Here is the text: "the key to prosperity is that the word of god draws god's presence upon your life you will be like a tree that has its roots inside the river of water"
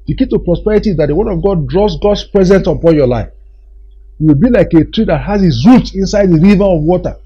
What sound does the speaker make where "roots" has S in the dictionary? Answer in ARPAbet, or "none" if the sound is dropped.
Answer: none